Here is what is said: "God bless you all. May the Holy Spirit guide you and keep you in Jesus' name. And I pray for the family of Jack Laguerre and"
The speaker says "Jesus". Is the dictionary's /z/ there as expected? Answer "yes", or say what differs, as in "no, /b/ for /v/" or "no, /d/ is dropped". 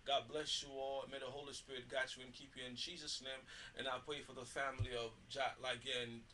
yes